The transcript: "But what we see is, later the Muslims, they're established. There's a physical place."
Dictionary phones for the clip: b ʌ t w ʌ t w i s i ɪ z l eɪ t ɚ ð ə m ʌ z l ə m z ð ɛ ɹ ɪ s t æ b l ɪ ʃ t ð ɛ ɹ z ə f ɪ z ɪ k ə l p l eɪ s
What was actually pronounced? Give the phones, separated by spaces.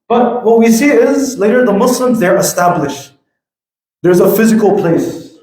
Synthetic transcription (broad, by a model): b ʌ t w ʌ t w i s i ɪ z l eɪ t ɚ ð ə m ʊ s l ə m z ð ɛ ɹ ɪ s t æ b l ɪ ʃ t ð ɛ ɹ z ə f ɪ z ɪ k l p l eɪ s